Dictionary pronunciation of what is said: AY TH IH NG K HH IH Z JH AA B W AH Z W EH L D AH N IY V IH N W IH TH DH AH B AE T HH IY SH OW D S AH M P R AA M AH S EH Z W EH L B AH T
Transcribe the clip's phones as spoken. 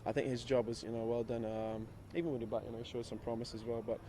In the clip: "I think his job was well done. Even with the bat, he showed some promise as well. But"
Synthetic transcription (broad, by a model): AY TH IH NG K HH IH Z JH AA B W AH Z W EH L D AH N IY V IH N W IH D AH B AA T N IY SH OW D S AH M P R AA M AH S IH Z W EH L B AH T